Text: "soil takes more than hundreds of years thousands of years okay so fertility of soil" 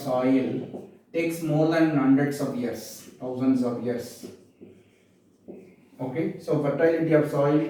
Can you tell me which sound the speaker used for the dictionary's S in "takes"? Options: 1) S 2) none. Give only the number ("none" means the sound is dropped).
1